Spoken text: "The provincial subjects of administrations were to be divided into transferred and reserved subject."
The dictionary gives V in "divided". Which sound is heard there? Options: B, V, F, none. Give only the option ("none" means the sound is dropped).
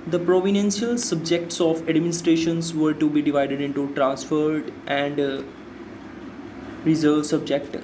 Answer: V